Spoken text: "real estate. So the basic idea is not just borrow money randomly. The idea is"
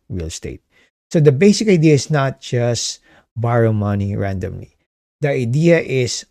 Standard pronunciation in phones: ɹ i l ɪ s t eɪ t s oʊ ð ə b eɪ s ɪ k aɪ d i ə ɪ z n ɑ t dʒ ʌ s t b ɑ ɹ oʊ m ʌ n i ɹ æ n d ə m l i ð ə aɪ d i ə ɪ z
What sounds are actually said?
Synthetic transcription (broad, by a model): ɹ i l s t eɪ t s oʊ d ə b eɪ s ɪ k aɪ d i ə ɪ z n ɑ t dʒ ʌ s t b ɑ ɹ oʊ m ʌ n i ɹ æ n d ə m l i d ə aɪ d i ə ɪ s